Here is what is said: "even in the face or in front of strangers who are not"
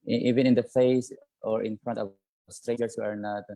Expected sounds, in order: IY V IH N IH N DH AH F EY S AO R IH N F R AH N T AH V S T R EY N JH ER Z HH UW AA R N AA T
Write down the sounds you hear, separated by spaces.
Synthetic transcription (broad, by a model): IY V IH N IH N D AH F EY S AO R IH N F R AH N T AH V S T R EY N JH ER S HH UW AA R N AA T